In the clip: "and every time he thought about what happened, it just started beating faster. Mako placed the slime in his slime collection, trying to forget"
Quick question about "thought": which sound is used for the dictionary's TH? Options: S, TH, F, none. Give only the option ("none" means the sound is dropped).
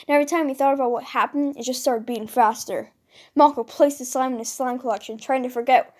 TH